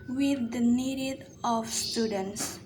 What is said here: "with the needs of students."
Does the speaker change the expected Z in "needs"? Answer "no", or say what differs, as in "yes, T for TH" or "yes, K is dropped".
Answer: yes, Z is dropped